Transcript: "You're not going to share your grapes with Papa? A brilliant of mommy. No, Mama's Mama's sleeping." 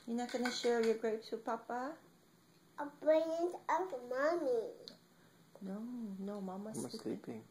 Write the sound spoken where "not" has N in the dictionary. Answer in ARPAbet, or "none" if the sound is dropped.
N